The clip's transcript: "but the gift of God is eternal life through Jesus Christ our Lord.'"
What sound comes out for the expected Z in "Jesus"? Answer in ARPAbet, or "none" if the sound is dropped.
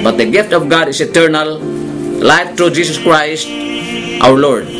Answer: S